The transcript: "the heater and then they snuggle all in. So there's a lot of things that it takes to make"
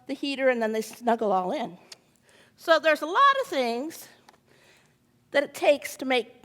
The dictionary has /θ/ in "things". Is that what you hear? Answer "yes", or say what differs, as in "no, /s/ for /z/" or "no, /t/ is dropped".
yes